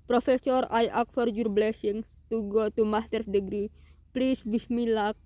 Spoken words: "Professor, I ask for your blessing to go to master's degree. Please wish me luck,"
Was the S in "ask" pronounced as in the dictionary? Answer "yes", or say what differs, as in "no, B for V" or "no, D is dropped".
no, S is dropped